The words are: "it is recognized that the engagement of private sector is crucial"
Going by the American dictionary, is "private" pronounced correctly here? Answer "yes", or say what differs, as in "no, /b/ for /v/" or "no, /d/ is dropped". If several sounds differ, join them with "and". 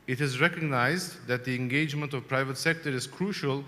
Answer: yes